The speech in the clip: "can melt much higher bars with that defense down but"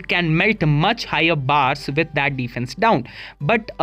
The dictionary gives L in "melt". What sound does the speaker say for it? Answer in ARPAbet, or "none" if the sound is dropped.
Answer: L